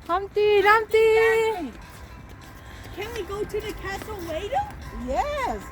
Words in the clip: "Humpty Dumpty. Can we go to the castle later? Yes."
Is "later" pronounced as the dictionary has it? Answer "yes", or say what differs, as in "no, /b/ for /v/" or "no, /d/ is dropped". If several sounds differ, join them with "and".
no, /w/ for /l/